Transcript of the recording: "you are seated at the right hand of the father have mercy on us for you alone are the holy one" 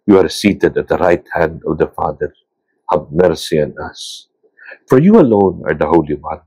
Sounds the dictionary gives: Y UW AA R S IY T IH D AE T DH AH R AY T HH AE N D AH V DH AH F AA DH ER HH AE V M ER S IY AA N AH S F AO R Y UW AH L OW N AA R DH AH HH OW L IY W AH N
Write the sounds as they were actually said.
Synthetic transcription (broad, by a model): Y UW AA R S IY T IH D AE T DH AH R AY T HH AE N D AH V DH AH F AA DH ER HH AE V M ER S IY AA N AH S F AO R Y UW AH L OW N AA R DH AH HH OW L IY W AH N